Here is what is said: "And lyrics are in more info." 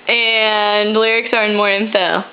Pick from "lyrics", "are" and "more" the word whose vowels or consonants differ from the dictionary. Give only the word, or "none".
none